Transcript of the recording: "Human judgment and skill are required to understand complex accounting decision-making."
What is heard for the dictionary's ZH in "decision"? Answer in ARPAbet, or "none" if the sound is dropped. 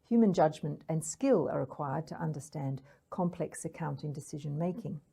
ZH